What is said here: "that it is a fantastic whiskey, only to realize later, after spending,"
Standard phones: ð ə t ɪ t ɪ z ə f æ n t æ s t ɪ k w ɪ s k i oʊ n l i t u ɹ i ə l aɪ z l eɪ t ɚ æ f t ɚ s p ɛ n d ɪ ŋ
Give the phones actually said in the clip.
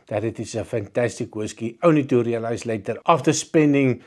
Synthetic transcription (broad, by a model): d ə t ɪ t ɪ s ə f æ n t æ s t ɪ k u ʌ s k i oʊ n i t u ɹ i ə l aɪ s l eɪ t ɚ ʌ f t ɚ s p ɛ n d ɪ ŋ